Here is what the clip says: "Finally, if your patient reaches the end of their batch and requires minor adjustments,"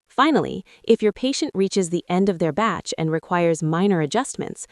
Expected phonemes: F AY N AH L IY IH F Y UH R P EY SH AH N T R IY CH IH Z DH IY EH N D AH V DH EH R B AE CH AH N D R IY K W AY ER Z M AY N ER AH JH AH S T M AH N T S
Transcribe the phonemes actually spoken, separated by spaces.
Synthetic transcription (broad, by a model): F AY N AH L IY IH F Y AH R P EY SH AH N T R IY CH IH Z DH IY EH N D AH V DH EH R B AE CH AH N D R IY K W AY ER Z M AY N ER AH JH AH S T M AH N T S